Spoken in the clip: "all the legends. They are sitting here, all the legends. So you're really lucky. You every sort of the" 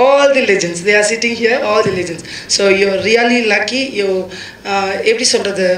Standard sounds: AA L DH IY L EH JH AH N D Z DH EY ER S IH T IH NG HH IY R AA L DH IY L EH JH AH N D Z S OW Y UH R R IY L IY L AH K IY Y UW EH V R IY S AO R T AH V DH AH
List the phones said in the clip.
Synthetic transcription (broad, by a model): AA L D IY L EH JH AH N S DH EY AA S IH T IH NG HH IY R AA L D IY L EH JH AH N S OW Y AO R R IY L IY L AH K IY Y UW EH P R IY S AO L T AH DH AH